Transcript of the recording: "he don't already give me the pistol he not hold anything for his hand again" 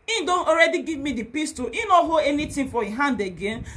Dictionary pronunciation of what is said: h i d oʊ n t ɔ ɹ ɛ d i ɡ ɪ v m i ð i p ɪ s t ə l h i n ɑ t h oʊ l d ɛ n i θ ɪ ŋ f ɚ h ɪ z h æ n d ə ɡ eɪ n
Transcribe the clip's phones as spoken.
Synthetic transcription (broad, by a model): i d oʊ n t ɔ ɹ ɛ d i ɡ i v m i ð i p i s t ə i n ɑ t h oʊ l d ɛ n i t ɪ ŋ f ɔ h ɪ h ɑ n d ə ɡ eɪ n